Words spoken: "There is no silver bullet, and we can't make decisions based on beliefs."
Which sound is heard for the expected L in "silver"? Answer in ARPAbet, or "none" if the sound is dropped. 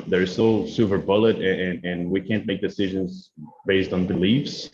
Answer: none